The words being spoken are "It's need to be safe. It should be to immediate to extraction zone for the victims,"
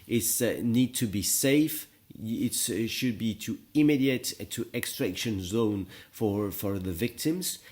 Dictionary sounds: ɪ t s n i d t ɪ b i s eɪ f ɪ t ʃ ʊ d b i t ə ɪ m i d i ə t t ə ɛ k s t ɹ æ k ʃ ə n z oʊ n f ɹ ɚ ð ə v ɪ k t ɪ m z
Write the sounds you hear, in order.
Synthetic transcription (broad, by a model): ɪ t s n i d t ɪ b i s eɪ f ɪ t ʃ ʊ d b i t ə ɪ m i d i ə t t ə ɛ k s t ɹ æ k ʃ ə n z oʊ n f ɹ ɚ ð ə v ɪ k t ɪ m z